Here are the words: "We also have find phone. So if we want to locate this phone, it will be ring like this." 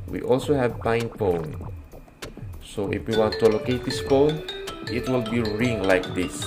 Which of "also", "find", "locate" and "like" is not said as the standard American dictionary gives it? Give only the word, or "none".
find